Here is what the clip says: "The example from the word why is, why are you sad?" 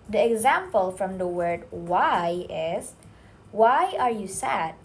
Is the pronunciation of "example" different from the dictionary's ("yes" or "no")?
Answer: no